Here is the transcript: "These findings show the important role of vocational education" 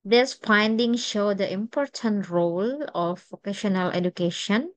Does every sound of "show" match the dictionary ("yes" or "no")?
yes